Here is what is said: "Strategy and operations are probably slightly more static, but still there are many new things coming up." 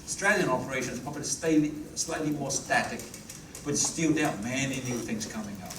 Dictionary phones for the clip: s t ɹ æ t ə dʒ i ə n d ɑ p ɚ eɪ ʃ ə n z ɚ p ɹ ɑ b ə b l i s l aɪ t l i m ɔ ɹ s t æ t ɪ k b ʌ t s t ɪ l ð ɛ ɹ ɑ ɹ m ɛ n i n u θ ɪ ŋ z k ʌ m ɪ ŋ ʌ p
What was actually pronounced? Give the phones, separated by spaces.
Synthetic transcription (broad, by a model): s t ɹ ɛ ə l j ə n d ɑ p ɚ eɪ ʃ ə n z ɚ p ɑ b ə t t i s l aɪ t l i m ɔ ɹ s t æ t ɪ k b ʌ t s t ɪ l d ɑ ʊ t m ɛ n i n u θ ɪ ŋ z k ʌ m ɪ ŋ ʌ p